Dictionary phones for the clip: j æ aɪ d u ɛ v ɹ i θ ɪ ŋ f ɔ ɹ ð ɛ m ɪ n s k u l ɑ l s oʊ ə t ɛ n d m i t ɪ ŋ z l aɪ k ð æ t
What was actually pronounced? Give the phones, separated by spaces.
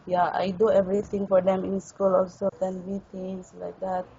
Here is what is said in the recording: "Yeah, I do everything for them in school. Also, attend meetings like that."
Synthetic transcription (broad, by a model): j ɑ aɪ d u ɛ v ɹ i t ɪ ŋ f ɔ ɹ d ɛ m ɪ n s k u l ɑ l s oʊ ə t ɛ n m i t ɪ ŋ s l aɪ k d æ t